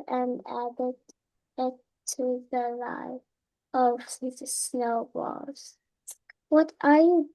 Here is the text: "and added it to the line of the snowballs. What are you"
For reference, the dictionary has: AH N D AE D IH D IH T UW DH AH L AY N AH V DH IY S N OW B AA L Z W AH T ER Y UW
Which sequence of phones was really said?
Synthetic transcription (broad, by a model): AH N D AE D IH D IH T UW DH AH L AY AH V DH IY S N OW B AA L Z W AH T ER Y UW